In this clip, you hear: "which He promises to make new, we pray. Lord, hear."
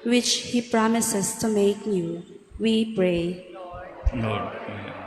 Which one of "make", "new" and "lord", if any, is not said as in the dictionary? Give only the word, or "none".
lord